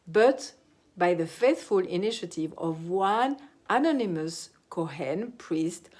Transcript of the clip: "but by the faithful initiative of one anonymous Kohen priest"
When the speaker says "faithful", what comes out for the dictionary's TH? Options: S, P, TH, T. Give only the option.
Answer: TH